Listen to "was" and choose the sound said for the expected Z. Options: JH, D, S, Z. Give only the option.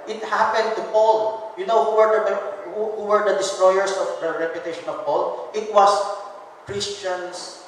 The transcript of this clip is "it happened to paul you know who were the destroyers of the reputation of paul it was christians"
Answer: S